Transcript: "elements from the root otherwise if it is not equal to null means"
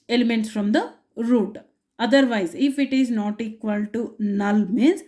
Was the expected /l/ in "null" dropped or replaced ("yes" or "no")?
no